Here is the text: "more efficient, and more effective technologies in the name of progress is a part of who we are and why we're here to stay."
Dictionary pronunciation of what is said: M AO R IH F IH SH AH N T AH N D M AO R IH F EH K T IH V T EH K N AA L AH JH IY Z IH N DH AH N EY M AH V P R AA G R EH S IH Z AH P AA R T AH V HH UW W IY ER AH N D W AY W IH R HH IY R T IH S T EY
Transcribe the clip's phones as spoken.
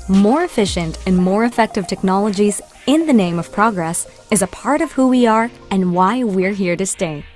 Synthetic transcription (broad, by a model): M AO R IH F IH SH AH N T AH N M AO R IH F EH K T IH V T EH K N AA L AH JH IY Z IH N DH AH N EY M AH V P R AA G R EH S IH Z AH P AA R T AH V HH UW W IY ER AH N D W AY W IH R HH IY R T IH S T EY